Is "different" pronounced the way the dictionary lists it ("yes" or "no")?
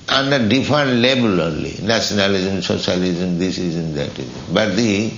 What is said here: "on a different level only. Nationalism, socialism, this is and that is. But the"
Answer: no